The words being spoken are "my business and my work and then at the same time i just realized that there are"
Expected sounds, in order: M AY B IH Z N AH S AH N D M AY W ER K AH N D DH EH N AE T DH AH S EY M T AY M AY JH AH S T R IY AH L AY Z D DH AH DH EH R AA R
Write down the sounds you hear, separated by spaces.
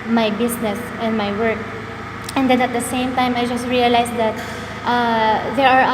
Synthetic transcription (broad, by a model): M AY B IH S N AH S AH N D M AY W ER K AH N D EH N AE T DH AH S EY M T AY M AY JH AH S T R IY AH L AY S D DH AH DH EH R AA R